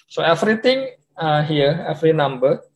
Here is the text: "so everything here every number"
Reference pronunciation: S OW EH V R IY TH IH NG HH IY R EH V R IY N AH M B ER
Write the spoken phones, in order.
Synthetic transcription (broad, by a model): S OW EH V R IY T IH NG HH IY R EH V R IY N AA M B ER